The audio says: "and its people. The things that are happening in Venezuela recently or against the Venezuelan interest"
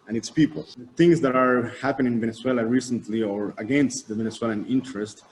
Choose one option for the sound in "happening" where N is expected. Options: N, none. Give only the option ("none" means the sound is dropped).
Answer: none